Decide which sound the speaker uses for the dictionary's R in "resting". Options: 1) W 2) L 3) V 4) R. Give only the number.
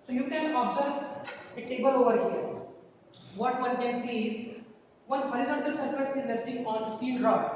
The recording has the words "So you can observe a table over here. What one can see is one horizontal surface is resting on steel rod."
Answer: 2